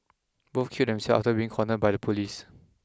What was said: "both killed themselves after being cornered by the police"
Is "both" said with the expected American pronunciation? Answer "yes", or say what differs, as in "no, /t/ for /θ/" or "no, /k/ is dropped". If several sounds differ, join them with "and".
no, /f/ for /θ/